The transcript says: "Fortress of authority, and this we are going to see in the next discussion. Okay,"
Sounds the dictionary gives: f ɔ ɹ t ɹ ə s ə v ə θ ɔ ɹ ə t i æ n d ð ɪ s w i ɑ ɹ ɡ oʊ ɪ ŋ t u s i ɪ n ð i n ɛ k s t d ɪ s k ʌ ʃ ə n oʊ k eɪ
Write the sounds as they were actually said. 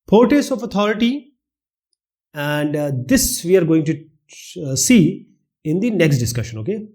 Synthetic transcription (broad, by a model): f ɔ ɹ t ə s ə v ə t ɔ ɹ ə t i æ n d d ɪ s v i ɑ ɹ ɡ oʊ ɪ ŋ t u s i ɪ n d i n ɛ k s t d ɪ s k ʌ ʃ ə n oʊ k eɪ